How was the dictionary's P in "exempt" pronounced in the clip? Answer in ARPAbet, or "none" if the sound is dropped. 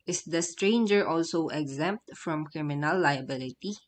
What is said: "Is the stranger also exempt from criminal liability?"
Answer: P